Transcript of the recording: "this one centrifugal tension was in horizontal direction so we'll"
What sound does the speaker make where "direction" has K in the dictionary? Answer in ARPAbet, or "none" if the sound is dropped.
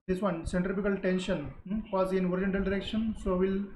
K